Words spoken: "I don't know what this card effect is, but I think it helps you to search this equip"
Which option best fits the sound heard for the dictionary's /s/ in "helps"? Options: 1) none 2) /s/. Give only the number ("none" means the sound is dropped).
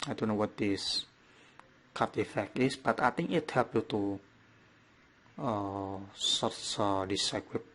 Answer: 1